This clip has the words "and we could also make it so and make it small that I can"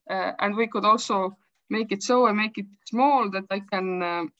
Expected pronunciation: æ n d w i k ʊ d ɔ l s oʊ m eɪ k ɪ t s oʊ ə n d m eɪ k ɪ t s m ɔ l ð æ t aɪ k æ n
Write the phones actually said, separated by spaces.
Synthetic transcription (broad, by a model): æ n d w i k ʊ d ɔ l s oʊ m eɪ k ɪ t s oʊ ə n m eɪ k ɪ t s m ɔ l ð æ t aɪ k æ n